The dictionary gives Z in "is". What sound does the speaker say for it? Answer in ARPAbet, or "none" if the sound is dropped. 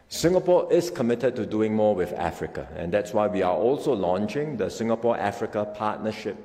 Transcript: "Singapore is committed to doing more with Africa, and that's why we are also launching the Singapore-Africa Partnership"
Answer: S